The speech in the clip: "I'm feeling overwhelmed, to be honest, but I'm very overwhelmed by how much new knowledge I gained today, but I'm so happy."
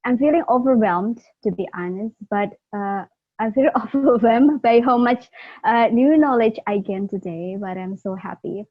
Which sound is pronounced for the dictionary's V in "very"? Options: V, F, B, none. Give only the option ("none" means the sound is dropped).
F